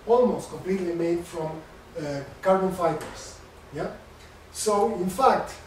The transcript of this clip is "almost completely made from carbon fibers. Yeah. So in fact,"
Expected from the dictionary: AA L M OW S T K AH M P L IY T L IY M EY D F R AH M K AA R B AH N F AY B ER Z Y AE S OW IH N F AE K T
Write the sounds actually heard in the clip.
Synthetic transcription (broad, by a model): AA L M OW S T K AH M P L IY T L IY M EY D F R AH M K AA R B AH N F AY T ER S Y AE S OW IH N F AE K T